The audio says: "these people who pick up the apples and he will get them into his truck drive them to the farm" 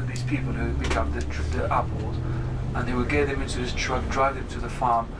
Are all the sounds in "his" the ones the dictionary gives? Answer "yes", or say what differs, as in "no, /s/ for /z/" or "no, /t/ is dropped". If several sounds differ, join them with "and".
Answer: no, /s/ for /z/